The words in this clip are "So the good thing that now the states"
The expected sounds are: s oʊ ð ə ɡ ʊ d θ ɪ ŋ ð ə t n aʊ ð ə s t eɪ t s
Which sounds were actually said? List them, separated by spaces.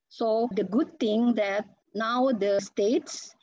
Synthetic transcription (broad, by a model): s oʊ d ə ɡ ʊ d t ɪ ŋ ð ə t n aʊ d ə s t eɪ t s